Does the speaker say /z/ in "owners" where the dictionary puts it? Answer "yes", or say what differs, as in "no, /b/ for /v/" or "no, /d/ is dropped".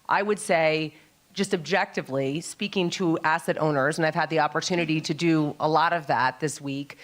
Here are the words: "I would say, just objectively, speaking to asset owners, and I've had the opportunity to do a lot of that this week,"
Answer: yes